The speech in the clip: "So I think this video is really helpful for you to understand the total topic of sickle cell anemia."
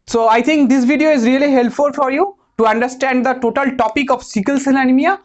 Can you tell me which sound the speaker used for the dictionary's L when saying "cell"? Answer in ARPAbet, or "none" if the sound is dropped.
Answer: N